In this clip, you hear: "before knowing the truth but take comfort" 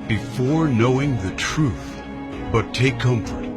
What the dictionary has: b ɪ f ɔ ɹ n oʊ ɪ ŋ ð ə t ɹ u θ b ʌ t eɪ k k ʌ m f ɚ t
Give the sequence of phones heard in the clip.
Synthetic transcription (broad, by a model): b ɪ f ɔ ɹ n oʊ ɪ ŋ ð ə t ɹ u θ b ʌ t eɪ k k ʌ m f ɚ t